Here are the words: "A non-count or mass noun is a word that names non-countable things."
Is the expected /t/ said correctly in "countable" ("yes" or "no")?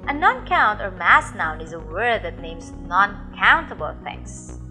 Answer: yes